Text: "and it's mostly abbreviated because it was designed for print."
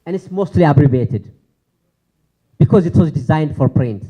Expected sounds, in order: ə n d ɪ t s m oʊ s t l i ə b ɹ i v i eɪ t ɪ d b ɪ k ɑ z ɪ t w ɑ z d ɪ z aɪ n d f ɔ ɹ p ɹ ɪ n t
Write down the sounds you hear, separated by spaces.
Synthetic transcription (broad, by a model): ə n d ɪ t s m oʊ s t l i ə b ɹ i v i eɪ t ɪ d b ɪ k ɑ z ɪ t w ɑ z d ɪ z aɪ n d f ɔ ɹ p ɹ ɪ n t